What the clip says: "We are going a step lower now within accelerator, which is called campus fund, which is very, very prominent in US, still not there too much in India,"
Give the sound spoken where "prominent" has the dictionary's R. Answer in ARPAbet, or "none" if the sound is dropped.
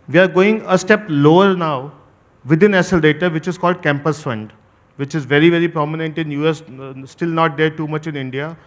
R